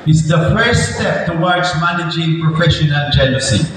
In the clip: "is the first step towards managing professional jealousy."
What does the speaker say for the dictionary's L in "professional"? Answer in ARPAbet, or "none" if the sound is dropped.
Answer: N